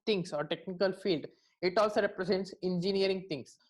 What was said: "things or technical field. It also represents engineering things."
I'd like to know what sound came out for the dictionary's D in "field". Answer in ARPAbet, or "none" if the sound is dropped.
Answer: D